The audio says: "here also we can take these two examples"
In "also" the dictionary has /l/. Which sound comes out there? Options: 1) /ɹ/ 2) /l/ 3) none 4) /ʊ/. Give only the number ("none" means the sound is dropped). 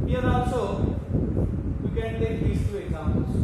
3